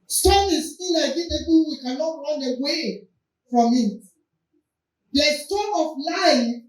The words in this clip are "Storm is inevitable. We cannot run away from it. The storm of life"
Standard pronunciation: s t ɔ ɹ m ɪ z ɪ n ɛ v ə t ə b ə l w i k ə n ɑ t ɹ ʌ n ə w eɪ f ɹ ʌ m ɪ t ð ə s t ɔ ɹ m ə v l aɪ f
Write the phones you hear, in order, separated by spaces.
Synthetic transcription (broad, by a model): s t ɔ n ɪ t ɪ l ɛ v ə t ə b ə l w i k ə n ɑ t ɹ ʌ n ə w eɪ f ɹ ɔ m ɪ t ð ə s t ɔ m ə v l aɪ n